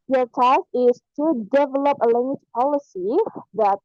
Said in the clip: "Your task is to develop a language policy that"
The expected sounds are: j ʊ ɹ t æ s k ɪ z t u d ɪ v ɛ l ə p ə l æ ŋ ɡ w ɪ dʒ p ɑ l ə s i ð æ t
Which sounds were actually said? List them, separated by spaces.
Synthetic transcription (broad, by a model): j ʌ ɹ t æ k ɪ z t u d ɪ v ɛ l ə p ə l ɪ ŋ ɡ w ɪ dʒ p ɑ l ə s i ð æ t